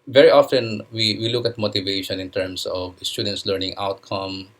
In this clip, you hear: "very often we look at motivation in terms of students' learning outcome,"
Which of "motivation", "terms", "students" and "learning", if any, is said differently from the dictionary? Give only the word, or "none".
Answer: terms